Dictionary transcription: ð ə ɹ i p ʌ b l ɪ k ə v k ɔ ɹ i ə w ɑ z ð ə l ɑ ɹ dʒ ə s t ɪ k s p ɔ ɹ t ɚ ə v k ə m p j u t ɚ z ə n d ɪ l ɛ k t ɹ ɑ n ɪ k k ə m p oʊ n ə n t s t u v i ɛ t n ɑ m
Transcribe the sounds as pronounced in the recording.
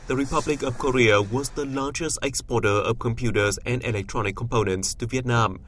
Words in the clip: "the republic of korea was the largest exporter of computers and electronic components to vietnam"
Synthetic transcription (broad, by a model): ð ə ɹ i p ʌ b l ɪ k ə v k ɔ ɹ i ə w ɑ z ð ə l ɑ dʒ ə s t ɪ k s p ɔ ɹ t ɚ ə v k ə m p j u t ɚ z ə n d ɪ l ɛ k t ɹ ɑ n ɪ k k ə m p oʊ n ə n t s t u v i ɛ t n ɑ m